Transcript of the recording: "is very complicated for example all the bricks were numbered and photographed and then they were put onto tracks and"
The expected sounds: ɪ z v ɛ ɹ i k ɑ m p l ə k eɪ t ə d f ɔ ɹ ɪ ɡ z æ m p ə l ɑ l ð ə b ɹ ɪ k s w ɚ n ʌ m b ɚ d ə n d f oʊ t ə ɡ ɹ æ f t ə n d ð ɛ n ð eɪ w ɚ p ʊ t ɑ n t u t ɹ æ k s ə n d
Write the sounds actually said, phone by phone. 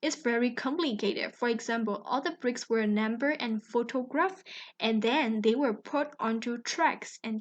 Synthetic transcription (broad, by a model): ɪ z v ɛ ɹ i k ɑ m p l ə k eɪ t ə d f ɔ ɹ ɪ ɡ z æ m p ə l ɑ l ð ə b ɹ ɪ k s w ɚ n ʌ m b ɚ ə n f oʊ t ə ɡ ɹ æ f t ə n ð ɛ n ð eɪ w ɚ p ʊ t ɑ n t u t ɹ æ k s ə n